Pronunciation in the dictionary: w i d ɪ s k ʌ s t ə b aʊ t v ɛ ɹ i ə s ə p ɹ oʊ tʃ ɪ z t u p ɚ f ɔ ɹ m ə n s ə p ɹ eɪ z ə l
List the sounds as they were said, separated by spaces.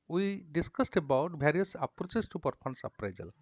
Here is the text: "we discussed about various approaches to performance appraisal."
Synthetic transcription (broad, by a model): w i d ɪ s k ʌ s t ə b aʊ t b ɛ ɹ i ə s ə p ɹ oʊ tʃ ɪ s t u p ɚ p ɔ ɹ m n s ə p ɹ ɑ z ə l